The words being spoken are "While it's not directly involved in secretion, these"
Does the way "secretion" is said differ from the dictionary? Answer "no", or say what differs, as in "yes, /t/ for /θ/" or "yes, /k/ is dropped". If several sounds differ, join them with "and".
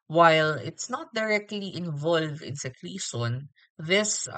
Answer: yes, /l/ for /ɹ/